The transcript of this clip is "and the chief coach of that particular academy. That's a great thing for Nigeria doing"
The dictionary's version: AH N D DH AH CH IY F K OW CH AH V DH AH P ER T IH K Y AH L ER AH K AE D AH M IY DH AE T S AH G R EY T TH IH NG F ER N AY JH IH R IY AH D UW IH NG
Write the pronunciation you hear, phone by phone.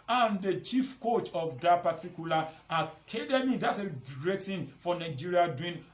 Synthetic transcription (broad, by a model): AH N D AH CH IY F K OW CH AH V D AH P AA T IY K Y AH L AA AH K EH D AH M IY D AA T S AH G R EY T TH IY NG F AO N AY JH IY R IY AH D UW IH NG